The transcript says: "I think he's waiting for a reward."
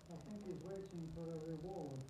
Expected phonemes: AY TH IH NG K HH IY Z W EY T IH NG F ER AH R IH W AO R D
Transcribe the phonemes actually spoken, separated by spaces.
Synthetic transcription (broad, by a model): AY TH IH NG K HH IY Z W EY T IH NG F ER AH R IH W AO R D